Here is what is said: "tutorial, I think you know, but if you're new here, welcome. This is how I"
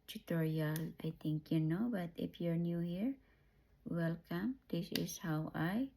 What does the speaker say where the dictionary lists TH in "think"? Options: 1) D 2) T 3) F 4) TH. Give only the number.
2